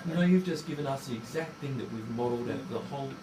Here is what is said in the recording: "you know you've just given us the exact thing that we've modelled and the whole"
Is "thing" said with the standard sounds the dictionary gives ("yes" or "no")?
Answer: yes